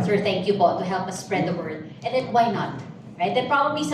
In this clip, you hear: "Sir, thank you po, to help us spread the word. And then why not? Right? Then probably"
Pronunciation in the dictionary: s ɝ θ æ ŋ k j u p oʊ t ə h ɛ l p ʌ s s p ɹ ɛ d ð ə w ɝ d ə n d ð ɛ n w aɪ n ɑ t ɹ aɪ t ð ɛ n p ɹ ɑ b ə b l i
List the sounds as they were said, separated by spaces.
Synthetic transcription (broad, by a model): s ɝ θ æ ŋ k j u b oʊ t ə h ɛ l p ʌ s s p ɹ ɛ d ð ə w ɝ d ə n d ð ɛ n w aɪ n ɑ t ɹ aɪ t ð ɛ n p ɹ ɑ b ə b l i